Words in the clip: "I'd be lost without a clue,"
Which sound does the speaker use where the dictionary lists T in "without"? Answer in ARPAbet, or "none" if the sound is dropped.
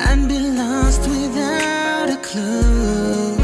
T